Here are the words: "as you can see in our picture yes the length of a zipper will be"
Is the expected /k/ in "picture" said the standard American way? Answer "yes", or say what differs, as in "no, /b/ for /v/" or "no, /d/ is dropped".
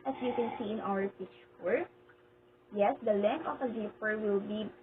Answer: no, /k/ is dropped